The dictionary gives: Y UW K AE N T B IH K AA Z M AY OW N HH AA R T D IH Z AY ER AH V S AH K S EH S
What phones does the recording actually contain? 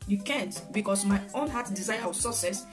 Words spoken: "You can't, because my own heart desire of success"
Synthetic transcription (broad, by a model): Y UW K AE N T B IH K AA S M AY OW N HH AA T D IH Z AY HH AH W S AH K S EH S